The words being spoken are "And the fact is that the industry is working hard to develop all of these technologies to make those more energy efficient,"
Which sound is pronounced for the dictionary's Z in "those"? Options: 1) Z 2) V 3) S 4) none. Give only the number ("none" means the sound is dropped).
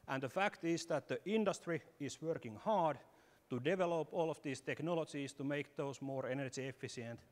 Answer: 3